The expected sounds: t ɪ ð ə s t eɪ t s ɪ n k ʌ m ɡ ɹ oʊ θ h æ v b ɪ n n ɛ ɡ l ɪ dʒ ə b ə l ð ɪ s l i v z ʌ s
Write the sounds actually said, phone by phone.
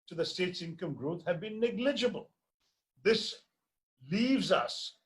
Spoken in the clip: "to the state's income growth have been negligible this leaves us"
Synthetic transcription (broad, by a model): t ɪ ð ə s t eɪ t s ɪ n k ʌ m ɡ ɹ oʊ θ h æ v b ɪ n n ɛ ɡ l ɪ dʒ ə b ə l ð ɪ s l i v z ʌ s